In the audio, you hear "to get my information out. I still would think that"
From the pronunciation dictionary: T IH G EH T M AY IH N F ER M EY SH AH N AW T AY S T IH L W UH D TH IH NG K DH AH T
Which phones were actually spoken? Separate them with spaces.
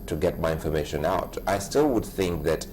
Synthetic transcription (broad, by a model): T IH G EH T M AY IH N F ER M EY SH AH N AW T AY S T IH L W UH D TH IH NG K DH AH T